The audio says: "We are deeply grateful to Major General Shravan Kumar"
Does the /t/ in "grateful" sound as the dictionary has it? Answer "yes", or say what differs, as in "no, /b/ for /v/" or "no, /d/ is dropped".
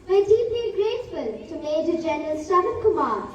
no, /s/ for /t/